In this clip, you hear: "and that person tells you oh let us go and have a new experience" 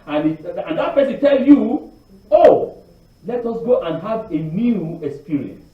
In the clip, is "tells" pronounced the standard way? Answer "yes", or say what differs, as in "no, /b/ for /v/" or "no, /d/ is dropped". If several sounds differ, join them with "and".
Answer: no, /z/ is dropped